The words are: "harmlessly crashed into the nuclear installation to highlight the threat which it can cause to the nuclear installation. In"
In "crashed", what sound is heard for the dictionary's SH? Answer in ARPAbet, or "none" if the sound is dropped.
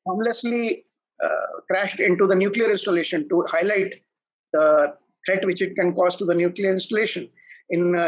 SH